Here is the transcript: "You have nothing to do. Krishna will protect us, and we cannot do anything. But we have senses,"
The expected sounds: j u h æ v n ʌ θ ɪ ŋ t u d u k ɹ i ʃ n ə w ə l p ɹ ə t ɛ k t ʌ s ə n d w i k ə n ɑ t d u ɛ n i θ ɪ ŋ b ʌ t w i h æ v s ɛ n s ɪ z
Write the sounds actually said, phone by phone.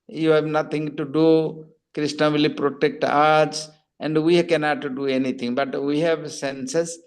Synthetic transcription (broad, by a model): j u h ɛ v n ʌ t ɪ ŋ t u d u k ɹ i s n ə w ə l p ɹ ə t ɛ k t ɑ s ə n d w i k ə n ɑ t d u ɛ n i t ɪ ŋ b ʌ t w i h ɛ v s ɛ n s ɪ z